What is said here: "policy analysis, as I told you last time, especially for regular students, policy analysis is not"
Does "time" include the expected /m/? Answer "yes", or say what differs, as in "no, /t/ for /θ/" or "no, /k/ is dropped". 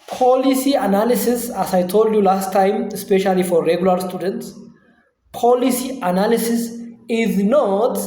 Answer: yes